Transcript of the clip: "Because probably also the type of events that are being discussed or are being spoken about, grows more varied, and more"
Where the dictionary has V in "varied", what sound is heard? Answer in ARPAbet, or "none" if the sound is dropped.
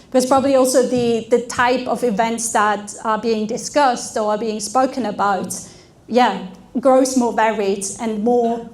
V